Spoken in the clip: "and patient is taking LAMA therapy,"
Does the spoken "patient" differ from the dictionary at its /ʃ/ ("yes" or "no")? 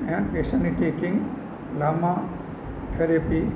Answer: yes